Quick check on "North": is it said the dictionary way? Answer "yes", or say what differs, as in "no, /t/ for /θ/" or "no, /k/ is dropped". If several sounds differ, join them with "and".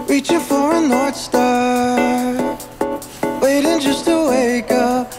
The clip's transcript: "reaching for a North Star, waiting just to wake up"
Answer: no, /t/ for /θ/